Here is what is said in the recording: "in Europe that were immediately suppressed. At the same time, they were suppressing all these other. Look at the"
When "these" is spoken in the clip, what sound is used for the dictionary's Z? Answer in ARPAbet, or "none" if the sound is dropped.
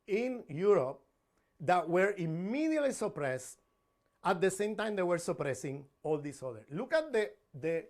S